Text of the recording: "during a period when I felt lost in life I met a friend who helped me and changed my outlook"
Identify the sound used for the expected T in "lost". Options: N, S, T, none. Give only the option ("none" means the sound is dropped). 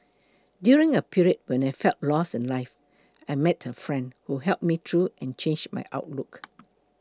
none